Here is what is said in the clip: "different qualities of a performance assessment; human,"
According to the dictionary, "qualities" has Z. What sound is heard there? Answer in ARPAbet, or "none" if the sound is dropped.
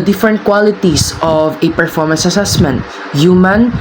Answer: S